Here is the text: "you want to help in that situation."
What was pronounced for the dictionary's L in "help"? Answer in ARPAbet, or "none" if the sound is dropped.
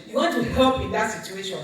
none